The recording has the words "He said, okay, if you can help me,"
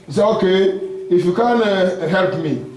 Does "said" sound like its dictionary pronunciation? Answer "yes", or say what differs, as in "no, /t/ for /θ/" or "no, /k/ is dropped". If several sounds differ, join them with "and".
no, /d/ is dropped